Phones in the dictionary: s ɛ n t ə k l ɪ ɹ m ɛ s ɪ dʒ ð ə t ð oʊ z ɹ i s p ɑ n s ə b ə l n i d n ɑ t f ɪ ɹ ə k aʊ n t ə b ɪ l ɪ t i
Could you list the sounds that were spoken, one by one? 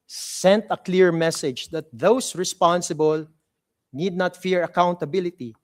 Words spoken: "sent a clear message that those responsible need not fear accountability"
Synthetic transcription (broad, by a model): s ɛ n t ə k l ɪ ɹ m ɛ s ɪ dʒ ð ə t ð oʊ s ɹ i s p ɑ n s ə b ə l n i d n ɑ t f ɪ ɹ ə k aʊ n t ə b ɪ l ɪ t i